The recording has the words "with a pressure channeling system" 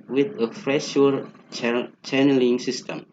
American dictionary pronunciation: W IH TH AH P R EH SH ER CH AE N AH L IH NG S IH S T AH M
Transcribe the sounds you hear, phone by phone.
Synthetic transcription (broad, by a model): W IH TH AH F R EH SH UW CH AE N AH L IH NG S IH S T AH M